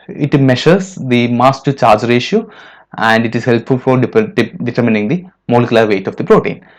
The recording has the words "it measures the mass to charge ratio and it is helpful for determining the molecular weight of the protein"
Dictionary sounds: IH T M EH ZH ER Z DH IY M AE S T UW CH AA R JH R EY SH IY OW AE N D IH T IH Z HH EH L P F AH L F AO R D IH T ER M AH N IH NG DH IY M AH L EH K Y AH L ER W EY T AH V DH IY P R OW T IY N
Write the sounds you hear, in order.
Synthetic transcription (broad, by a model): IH T M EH SH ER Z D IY M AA S T UW CH AA R JH R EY SH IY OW AE N D IH T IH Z HH EH L P F AH L F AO R D IH T ER M AH N IH NG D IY M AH L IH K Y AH L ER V EY T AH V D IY P R OW T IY N